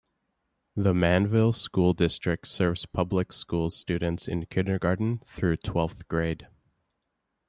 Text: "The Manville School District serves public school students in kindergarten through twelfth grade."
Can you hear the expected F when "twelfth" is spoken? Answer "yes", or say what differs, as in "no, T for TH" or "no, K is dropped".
yes